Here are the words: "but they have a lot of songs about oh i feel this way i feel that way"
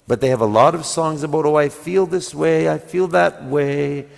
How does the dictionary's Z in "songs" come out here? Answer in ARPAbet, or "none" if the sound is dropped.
Z